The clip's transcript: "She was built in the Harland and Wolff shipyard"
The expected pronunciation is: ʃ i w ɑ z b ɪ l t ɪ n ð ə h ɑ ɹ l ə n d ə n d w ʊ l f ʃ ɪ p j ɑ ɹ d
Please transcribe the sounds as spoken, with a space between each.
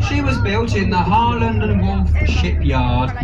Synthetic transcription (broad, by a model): ʃ i w ɑ z b ɪ l t ɪ n ð ə h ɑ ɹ l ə n d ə n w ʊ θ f ʃ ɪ p j ɑ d